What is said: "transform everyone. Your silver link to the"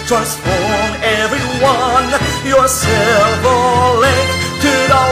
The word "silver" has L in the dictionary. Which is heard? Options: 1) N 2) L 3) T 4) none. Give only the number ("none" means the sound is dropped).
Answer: 4